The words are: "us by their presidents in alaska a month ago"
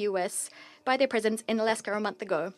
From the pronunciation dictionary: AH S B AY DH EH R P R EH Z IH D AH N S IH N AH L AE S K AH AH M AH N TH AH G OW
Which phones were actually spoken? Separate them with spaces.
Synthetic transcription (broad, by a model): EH S B AY DH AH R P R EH Z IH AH N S IH N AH L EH S K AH AH M AH N TH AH G OW